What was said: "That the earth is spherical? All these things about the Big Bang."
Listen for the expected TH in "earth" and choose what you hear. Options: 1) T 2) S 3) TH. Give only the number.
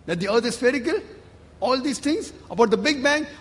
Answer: 1